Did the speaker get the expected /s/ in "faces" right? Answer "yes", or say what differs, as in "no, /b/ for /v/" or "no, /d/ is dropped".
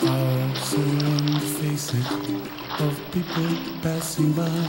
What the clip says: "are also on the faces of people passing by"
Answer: yes